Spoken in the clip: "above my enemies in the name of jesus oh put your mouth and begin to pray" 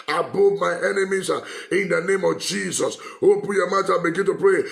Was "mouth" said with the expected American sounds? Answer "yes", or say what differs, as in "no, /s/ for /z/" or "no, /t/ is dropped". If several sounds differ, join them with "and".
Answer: no, /t/ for /θ/